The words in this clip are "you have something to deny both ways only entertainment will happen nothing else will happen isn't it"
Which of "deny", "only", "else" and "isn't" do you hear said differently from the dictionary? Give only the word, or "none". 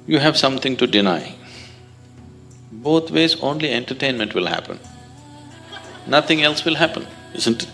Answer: none